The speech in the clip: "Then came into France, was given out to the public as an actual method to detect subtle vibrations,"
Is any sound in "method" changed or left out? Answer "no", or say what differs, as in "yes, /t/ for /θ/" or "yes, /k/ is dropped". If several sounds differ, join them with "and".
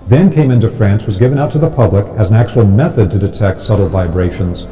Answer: no